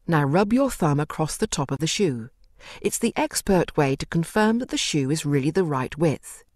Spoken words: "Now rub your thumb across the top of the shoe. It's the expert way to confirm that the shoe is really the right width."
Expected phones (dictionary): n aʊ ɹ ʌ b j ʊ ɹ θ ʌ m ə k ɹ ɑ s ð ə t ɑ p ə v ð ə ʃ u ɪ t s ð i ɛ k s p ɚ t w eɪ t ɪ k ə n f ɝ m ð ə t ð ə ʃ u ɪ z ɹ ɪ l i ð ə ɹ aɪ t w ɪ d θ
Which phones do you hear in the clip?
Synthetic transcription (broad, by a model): n aʊ ɹ ʌ b j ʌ ɹ θ ʌ m ə k ɹ ɑ s ð ə t ɑ p ə v ð ə ʃ u ɪ t s ð i ɛ k s p ɚ t w eɪ t ɪ k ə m f ɝ m ð ə t ð ə ʃ u ɪ z ɹ ɪ l i ð ə ɹ aɪ t w ɪ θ